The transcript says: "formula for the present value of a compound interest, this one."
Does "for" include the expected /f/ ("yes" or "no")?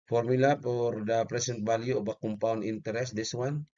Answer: no